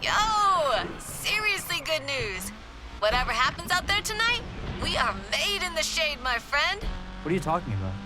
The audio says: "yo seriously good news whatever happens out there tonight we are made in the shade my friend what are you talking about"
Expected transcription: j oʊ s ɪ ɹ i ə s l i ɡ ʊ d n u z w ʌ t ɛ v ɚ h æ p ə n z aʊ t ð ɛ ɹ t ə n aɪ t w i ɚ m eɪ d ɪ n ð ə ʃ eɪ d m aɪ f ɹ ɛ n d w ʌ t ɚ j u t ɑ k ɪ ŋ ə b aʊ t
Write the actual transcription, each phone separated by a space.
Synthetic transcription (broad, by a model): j oʊ s ɪ ɹ i ə s l i ɡ ʊ d n u z w ʌ t ɛ v ɚ h æ p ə n z aʊ t ð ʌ ɹ t ə n aɪ t w i ɚ m eɪ d ɪ n ð ə ʃ eɪ d m aɪ f ɹ ɛ n d w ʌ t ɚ j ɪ t ɑ k ɪ ŋ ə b aʊ t